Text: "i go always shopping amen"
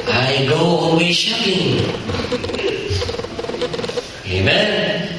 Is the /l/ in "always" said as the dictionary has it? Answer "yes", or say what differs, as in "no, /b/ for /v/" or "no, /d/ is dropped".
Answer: no, /l/ is dropped